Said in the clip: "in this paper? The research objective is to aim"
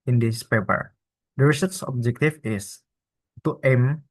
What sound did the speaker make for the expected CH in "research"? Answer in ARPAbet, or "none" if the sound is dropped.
S